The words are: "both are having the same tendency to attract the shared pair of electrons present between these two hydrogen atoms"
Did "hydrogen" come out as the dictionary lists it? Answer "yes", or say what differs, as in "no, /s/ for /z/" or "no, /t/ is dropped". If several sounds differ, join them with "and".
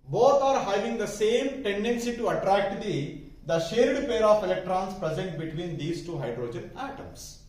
yes